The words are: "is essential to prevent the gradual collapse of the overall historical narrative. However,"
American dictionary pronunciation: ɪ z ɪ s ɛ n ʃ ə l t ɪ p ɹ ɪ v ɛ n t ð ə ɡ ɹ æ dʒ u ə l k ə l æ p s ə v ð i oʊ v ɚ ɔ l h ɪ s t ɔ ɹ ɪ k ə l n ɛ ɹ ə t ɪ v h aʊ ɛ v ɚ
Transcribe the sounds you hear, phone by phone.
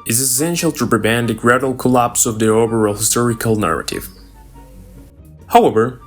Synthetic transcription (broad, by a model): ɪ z ɪ s ɛ n ʃ ə l t ɪ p ɹ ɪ b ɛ n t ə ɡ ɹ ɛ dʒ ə l k ə l æ p s ə v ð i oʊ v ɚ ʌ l h ɪ s t ɔ ɹ ɪ k ə l n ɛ ɹ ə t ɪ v h aʊ ɛ v ɚ